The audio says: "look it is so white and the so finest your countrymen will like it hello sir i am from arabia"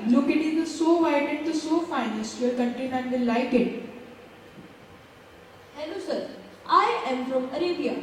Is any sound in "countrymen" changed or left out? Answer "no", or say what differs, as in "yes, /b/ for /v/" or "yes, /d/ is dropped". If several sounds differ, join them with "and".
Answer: yes, /ɹ/ is dropped